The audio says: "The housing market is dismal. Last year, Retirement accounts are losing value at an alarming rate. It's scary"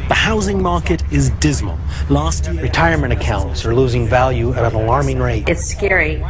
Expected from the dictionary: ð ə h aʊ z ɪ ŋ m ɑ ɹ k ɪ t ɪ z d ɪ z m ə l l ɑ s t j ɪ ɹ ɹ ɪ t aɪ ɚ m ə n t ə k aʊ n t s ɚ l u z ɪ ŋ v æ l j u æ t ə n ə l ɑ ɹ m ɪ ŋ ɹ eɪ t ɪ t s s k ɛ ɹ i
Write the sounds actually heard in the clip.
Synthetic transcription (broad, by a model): ð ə h aʊ z ɪ ŋ m ɑ ɹ k ɪ t ɪ z d ɪ z m ə l l ɑ s t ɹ ɹ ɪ t aɪ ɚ m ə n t ə k aʊ n t s ɚ l u z ɪ ŋ v æ l j u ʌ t ə n ə l ɑ ɹ m ɪ ŋ ɹ eɪ t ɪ t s s k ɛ ɹ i